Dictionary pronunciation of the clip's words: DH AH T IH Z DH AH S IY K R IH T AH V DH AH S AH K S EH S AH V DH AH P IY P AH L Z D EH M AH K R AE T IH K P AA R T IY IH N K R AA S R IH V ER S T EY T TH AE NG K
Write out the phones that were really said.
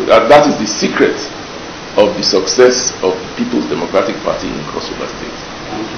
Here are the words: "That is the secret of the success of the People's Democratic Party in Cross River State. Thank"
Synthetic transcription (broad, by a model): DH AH T IH Z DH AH S IY K R IH T AH V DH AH S AH K S EH S AH V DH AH P IY P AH L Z D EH M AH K R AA T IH K P AA T IY IH N K R AA S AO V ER S T EY T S